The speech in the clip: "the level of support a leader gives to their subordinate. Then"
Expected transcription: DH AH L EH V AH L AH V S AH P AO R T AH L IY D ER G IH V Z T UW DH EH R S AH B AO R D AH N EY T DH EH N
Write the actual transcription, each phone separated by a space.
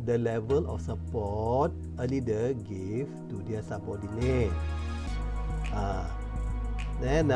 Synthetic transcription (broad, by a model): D AH L EH V AH L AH F S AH P AO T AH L IY D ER G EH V T UW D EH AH S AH B AO D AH N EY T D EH N